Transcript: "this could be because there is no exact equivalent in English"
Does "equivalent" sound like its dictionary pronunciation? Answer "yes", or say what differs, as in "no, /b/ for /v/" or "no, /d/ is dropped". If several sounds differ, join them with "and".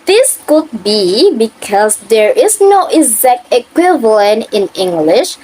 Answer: yes